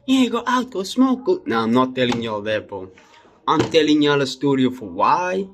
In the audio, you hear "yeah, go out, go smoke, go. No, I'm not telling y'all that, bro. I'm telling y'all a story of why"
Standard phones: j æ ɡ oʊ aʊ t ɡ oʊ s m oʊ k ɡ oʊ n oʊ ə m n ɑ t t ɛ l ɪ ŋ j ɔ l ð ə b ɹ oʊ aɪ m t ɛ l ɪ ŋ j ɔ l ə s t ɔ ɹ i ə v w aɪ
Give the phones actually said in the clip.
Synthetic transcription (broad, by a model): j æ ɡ oʊ aʊ t ɡ oʊ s m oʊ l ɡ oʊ n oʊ ə m n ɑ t t ɛ l ɪ ŋ j ɔ l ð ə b oʊ aɪ m t ɛ l ɪ ŋ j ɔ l ə s t ɔ ɹ i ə f w aɪ